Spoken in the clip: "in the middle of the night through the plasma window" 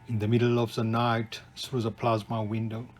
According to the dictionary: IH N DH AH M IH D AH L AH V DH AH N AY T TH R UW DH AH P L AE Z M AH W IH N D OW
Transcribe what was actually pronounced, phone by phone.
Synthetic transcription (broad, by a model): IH N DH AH M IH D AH L AH V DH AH N AY T S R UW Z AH P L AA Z M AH W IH N D OW